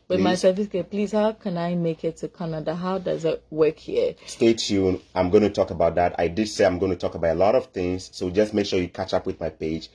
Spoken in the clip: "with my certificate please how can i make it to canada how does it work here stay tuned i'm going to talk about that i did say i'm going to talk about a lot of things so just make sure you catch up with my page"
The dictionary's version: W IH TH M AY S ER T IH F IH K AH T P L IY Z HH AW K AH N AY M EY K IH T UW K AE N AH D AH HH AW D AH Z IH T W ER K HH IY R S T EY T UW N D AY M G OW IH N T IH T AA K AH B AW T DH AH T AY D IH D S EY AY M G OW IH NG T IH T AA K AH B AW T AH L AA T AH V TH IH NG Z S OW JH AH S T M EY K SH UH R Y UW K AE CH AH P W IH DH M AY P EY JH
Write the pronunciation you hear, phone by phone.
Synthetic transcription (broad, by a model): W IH M AY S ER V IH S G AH P L IY Z HH AW K AH N AY M EY K IH T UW K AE N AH D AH HH AW D AH Z IH T W ER K HH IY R S T EY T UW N AY M G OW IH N T IH T AA K AH B AW T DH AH T AY D IH D S EY AY M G OW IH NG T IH T AA K AH B AW T AH L AA T AH V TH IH NG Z S OW JH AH S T M EY K SH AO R Y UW K AE CH AH P W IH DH M AY P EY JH